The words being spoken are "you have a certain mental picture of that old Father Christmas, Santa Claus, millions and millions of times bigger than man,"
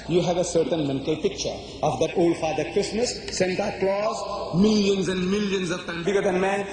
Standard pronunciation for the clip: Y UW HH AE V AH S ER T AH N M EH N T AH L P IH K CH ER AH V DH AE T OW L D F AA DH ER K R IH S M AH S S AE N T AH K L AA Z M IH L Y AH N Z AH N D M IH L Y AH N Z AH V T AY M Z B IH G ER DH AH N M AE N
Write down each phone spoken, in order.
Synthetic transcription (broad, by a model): Y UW HH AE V AH S ER T AH N M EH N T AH L P IH K CH ER AH V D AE T OW L D F AA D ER K R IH S M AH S S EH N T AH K L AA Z M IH L Y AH N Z AH N D M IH L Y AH N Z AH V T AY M B IH G ER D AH N M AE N